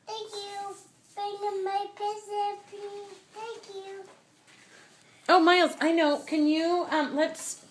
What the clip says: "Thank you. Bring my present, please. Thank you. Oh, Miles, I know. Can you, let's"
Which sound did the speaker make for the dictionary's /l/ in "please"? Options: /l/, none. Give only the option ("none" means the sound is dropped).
none